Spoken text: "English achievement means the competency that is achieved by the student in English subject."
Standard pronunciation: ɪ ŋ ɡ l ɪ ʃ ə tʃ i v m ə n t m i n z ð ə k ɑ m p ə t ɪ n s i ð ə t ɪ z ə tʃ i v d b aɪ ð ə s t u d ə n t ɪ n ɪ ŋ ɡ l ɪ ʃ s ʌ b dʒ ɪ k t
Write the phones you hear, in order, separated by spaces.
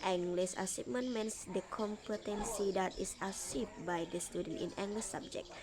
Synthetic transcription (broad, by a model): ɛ ŋ ɡ l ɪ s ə s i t m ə n m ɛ n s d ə k ɑ m p ə t ɪ n s i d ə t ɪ s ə s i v b aɪ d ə s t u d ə n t ɪ n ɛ ŋ ɡ l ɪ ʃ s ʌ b dʒ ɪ k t